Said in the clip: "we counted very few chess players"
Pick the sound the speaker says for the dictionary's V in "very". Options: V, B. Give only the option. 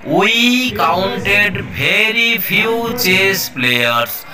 B